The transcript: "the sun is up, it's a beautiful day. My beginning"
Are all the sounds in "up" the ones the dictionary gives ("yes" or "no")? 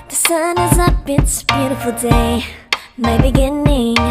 no